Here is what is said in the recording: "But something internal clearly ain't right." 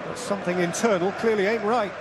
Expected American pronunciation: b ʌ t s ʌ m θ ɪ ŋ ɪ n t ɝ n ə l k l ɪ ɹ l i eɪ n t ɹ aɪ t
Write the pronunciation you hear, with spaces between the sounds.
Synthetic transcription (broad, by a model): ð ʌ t s ʌ m θ ɪ ŋ ɪ n t ɝ n ə l k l ɪ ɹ l i eɪ n t ɹ aɪ t